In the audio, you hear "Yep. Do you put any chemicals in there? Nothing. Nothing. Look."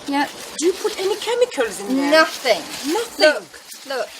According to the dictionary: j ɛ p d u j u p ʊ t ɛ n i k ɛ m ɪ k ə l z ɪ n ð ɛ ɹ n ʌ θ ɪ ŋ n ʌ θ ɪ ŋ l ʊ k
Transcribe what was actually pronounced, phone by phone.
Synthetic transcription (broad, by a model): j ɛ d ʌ j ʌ p ʊ t ɛ n i k ɛ m ɪ k ə l z ɪ n n ʌ θ ɪ ŋ n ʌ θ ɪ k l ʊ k